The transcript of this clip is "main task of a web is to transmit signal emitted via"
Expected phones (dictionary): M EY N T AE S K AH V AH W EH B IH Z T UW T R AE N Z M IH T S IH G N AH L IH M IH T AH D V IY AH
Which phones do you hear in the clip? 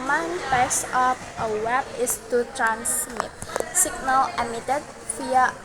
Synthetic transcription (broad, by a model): M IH N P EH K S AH P AH W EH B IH S T UW T R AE N S M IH T S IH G N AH L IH M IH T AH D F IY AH